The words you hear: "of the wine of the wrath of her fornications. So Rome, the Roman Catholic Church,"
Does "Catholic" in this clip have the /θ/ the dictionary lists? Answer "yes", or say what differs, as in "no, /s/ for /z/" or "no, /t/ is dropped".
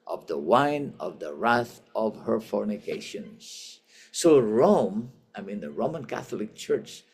yes